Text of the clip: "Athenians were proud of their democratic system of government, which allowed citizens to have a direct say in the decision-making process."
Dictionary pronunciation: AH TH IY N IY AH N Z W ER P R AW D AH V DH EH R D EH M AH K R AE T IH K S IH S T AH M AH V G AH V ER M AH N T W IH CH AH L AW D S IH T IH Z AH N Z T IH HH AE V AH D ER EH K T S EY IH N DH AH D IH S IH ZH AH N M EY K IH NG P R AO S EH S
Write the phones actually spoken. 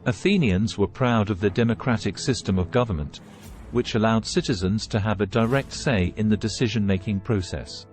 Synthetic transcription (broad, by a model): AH TH IY N IY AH N Z W ER P R AW D AH V DH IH D EH M AH K R AE T IH K S IH S T AH M AH V G AH V ER M AH N T W IH CH AH L AW D S IH T IH Z AH N Z T IH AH V AH D ER EH K T S EY IH N DH AH D IH S IH ZH AH N M EY K IH NG P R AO S EH S